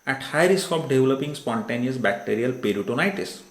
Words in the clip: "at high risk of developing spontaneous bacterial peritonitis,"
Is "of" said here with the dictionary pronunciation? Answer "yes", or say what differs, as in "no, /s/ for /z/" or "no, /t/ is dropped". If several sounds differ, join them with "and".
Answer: no, /p/ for /v/